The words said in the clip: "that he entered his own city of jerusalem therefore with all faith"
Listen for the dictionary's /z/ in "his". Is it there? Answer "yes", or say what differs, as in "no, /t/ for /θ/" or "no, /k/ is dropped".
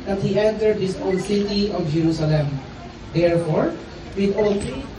no, /s/ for /z/